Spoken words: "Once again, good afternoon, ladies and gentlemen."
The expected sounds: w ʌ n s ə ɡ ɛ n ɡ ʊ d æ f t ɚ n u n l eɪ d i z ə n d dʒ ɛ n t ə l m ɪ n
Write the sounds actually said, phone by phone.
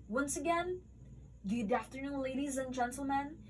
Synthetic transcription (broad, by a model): w ʌ n s ə ɡ ɛ n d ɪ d æ f t ɚ n u n l eɪ d i z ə n dʒ ɛ n t l m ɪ n